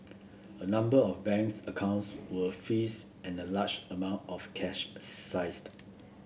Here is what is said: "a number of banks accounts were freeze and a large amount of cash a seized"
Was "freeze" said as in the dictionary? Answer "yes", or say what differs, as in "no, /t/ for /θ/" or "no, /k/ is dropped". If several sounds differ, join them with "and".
no, /ɹ/ is dropped